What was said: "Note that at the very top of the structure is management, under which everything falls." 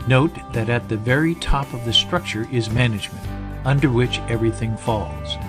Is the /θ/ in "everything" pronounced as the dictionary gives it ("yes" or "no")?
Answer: yes